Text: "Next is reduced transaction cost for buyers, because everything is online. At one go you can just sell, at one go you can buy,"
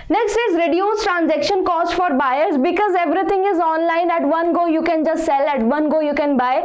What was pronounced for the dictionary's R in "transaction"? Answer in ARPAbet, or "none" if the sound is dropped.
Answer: R